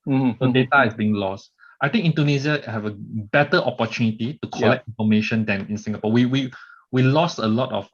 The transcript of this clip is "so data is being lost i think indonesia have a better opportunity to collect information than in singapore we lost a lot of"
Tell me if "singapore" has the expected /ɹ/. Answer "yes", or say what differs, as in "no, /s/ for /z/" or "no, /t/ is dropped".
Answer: no, /w/ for /ɹ/